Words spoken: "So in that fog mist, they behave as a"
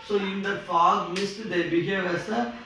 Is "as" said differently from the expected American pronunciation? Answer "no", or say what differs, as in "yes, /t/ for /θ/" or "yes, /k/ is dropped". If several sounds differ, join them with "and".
yes, /s/ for /z/